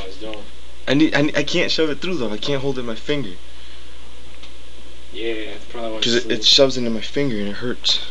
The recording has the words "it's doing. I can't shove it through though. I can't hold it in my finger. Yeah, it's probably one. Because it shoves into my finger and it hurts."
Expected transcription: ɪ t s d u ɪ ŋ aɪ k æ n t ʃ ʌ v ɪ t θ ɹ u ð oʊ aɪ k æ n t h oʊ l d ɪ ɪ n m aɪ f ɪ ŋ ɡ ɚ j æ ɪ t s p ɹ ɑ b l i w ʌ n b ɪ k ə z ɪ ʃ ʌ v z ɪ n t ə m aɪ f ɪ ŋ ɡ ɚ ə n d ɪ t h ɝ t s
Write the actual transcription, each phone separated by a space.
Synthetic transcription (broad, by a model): ɪ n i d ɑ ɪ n aɪ k æ n t ʃ ʌ v ɪ t θ ɹ u ð oʊ aɪ k æ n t h oʊ l d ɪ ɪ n m aɪ f ɪ ŋ ɡ ɚ j æ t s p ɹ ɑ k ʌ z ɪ ə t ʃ ʌ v z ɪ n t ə m aɪ f ɪ ŋ ɡ ɚ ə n ɪ t h ɝ t s